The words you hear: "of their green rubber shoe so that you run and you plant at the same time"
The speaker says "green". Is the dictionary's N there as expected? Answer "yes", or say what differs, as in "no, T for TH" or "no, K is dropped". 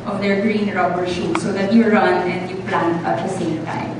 yes